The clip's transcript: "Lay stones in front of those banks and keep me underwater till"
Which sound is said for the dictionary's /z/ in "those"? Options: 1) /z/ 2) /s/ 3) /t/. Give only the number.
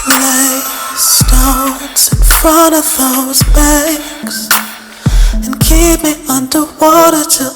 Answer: 1